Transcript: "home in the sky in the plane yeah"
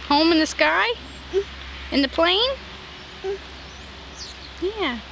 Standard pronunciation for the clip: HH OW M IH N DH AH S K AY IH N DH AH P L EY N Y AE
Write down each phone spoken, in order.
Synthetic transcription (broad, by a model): HH OW M IH N DH AH S K AY IH N DH AH P L EY N Y AE